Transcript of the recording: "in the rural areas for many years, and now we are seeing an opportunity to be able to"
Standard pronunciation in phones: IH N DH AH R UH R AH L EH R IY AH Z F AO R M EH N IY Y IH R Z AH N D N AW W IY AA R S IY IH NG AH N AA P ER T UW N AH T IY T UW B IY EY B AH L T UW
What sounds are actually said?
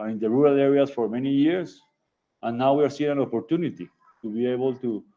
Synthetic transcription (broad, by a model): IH N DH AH R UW R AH L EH R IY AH S F AO R M EH N IY Y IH R S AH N N AW W IY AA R S IY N AH N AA P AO T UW N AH T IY T UW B IY EY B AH L T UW